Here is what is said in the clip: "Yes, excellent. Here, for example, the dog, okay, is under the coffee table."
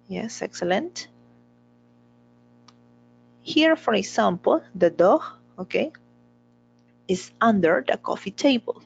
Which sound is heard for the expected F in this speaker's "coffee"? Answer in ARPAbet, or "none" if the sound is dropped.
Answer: F